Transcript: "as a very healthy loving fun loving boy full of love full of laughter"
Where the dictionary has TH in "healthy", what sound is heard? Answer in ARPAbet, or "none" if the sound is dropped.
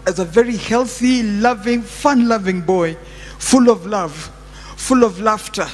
TH